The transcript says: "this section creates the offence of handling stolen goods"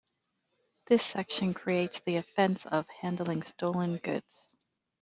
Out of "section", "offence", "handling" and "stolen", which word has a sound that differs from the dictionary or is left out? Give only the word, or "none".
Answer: none